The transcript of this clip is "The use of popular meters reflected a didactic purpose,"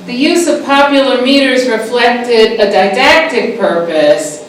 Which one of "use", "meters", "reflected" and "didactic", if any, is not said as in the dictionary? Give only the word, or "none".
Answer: none